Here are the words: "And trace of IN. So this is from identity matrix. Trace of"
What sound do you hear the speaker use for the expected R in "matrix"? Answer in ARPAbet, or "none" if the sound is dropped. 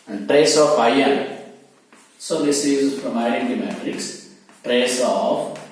R